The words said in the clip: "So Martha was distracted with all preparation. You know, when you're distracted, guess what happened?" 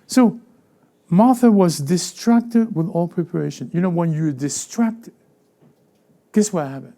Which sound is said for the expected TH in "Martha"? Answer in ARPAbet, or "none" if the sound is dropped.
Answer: TH